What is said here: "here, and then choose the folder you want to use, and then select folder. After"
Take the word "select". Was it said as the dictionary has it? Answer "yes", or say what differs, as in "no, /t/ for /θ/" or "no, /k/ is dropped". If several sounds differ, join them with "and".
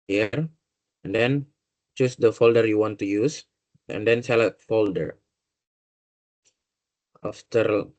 no, /k/ is dropped